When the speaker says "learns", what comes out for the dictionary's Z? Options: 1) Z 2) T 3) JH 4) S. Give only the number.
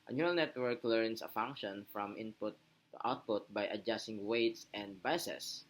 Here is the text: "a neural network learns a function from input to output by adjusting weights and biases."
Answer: 4